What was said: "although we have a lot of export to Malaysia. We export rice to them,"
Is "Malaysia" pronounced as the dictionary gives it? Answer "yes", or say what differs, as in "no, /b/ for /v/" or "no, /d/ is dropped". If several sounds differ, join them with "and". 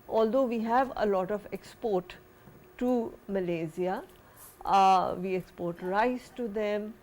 no, /z/ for /ʒ/